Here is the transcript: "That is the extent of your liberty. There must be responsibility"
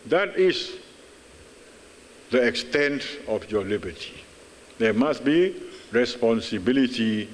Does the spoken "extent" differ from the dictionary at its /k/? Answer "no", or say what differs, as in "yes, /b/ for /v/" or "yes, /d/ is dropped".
no